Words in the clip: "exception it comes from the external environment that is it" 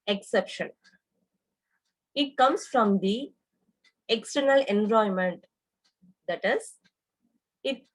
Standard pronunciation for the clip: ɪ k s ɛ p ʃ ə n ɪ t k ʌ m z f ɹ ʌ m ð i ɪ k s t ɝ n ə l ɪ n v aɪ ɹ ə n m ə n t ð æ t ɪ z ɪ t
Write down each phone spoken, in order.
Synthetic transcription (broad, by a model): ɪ k s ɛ p ʃ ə n ɪ t k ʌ m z f ɹ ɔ m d i ɪ k s t ɝ n ə l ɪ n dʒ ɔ ə m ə n t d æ t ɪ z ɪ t